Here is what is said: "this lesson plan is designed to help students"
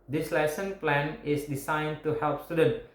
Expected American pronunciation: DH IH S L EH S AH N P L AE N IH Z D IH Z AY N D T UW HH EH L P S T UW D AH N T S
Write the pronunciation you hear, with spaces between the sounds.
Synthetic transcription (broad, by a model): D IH S L EH S AH N P L AE N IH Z D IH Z AY N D T UW HH EH L P S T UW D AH N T